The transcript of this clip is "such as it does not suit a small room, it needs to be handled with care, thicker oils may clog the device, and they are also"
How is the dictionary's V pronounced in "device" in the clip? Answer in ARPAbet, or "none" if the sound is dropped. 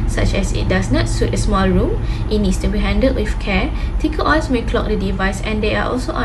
V